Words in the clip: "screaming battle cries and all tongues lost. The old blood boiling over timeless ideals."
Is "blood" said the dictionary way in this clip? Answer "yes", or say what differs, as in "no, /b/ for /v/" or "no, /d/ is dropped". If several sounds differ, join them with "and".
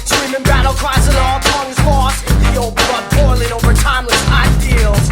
no, /l/ is dropped